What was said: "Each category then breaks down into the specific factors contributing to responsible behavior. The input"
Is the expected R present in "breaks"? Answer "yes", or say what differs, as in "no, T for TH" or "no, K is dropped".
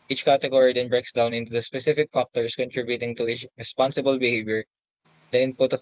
yes